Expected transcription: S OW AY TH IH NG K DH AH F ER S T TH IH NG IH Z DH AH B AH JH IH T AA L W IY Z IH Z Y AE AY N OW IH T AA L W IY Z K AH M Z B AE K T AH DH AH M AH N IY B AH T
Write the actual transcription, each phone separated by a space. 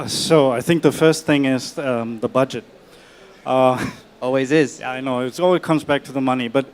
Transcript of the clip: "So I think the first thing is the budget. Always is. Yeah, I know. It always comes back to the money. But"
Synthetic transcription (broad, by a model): S OW AY TH IH NG K DH AH F ER S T TH IH NG IH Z DH AH B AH JH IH T AA L W IY Z IH Z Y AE AY N OW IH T AA L W IY Z K AH M Z B AE K T AH DH AH M AH N IY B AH T